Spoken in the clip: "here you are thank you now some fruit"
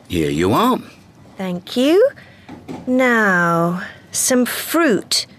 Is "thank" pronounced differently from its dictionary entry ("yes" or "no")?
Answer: no